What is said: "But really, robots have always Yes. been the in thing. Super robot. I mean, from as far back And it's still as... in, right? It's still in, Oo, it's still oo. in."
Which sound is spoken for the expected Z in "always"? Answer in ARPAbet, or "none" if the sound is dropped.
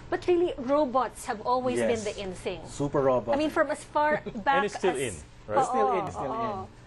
none